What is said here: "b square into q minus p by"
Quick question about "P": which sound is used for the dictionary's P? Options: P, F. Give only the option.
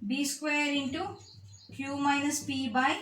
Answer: P